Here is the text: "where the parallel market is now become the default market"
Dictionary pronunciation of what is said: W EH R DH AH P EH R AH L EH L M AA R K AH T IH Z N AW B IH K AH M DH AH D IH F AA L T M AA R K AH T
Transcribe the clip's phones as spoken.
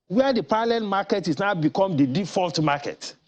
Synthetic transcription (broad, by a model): W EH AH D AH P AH L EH N M AA K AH T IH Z N AW B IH K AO M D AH D IH F AA L T M AA K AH T